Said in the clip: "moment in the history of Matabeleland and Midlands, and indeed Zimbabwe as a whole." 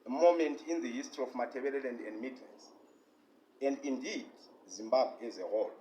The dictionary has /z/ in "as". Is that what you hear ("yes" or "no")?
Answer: yes